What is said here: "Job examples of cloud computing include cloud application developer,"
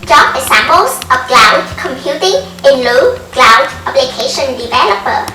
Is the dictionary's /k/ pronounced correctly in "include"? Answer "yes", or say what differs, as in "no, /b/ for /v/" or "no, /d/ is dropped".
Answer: no, /k/ is dropped